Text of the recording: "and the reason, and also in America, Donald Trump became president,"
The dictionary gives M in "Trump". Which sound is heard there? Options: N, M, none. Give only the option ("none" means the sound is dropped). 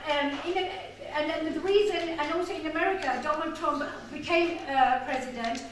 M